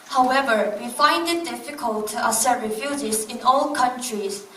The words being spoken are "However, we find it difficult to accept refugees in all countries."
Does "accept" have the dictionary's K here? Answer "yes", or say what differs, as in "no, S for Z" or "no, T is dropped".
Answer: no, K is dropped